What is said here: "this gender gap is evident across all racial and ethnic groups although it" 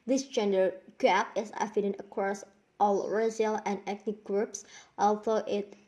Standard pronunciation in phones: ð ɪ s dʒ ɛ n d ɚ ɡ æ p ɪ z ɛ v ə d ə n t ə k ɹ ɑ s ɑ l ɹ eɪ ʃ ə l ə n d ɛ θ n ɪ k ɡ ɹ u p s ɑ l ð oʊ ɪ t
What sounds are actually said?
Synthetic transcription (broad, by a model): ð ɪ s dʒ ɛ n d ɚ ɡ æ p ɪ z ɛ f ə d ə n ə k ɹ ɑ s ɑ l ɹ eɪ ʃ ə l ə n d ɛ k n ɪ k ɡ ɹ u p s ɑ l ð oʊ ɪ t